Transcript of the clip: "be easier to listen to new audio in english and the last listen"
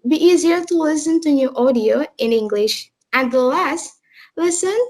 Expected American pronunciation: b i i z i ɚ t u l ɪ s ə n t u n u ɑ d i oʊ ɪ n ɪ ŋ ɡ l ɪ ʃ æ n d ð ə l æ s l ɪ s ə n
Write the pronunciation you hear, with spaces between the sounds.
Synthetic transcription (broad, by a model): b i i z i ɚ t u l ɪ s ə n t u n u ɑ d i oʊ ɪ n ɪ ŋ ɡ l ɪ ʃ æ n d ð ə l æ s l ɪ s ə n